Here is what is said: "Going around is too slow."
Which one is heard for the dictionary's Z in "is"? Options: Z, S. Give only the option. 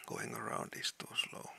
S